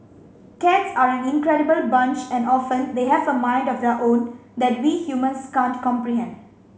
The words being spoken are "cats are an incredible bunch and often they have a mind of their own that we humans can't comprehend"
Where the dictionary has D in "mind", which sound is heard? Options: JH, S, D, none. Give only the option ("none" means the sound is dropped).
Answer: D